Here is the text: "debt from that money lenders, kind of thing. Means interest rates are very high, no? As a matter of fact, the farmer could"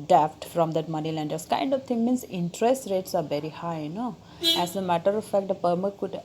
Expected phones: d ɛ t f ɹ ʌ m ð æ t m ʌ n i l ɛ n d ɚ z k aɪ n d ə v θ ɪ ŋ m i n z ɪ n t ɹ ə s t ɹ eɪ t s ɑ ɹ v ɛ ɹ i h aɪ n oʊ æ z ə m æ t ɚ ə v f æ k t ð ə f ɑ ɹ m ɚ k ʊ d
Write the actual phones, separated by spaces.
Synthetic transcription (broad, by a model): d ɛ t f ɹ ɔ m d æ t m ʌ n i l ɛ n d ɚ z k aɪ n d ə v t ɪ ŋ m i n s ɪ n t ɹ ə s t ɹ eɪ t s ɑ ɹ v ɛ ɹ i h aɪ n oʊ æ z ə m æ t ɚ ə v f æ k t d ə p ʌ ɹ m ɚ k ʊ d